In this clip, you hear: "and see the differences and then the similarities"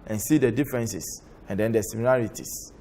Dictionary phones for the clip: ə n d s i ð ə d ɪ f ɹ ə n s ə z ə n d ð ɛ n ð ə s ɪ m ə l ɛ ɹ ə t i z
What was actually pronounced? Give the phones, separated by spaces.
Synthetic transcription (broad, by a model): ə n s i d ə d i f ɹ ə n s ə s ə n d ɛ n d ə s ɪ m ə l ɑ ɹ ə t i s